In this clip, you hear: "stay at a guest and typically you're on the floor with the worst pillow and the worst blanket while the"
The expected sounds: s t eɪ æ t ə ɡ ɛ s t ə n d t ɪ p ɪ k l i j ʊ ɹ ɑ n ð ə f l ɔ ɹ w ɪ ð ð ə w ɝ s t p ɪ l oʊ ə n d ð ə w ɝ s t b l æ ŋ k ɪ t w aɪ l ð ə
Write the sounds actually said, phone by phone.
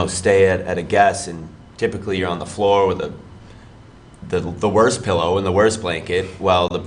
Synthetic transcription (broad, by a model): s t eɪ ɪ t ə ɡ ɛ s ə n t ɪ p ɪ k l i j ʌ ɹ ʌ n ð ə f l ɔ ɹ w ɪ ð ð ə w ɝ s p ɪ l oʊ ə n ð ə w ɝ s b l æ ŋ k ɪ t w aɪ l ð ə